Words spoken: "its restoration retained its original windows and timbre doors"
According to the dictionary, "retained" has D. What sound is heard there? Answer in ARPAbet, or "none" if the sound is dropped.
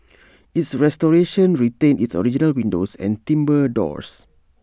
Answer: none